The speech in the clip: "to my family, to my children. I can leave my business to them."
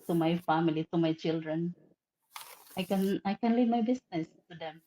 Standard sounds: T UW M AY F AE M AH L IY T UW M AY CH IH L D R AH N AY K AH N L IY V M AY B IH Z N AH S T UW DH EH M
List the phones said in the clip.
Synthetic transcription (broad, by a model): T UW M AY F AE M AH L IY T UW M AY CH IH L D R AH N AY K AH N L IY V M AY B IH S N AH S T UW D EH M